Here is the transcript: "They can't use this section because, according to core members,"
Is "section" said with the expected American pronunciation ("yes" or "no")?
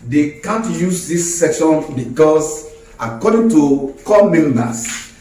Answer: yes